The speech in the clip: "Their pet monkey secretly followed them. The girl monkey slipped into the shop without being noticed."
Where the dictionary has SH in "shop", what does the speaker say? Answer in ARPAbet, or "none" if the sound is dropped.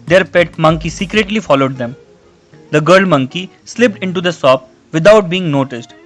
S